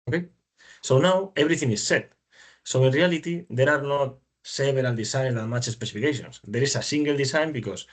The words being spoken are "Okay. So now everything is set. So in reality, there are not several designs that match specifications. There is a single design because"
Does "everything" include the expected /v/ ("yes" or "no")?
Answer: no